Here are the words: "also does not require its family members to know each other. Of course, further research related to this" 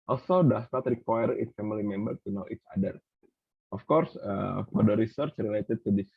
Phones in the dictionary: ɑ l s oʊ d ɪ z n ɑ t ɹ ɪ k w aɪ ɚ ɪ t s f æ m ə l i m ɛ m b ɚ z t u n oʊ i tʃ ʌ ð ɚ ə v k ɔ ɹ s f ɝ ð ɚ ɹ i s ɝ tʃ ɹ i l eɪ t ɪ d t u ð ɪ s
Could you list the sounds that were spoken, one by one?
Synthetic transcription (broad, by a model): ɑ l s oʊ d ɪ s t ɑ t ɹ ɪ k w aɪ ɚ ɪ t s f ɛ m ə l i m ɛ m b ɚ t u n oʊ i s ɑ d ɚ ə f k ɔ ɹ s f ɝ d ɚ ɹ i s ɝ tʃ ɹ i l eɪ t ɪ d t u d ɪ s